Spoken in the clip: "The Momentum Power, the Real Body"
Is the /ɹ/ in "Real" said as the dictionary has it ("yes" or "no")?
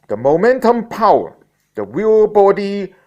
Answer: no